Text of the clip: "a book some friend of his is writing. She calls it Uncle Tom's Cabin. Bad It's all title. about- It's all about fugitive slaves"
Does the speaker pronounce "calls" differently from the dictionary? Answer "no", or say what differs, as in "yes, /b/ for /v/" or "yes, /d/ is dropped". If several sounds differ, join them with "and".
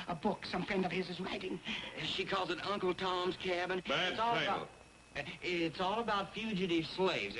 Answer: no